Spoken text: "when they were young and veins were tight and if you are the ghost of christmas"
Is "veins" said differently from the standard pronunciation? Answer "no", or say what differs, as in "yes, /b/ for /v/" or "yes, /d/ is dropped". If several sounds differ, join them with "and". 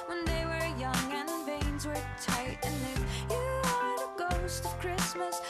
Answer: no